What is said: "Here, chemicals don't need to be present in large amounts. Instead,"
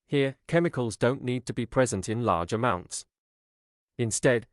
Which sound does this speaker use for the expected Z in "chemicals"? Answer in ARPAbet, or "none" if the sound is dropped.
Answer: Z